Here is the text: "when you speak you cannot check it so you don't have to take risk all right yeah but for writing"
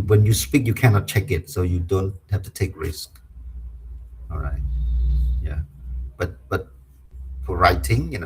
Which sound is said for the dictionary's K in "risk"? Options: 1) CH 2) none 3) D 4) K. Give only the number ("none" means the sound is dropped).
4